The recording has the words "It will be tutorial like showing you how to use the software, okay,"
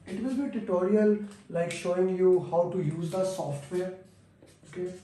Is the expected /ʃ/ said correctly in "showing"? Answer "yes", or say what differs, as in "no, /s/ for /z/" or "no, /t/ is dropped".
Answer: yes